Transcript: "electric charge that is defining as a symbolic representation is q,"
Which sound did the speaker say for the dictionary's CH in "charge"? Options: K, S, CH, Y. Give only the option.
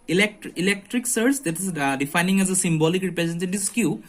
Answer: S